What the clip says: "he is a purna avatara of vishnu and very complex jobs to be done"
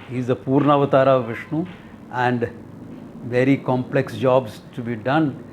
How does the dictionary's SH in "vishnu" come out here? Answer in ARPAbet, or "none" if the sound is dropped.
SH